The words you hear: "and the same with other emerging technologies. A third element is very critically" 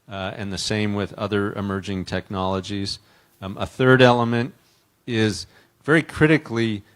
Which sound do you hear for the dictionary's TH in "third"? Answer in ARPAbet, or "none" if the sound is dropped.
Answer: TH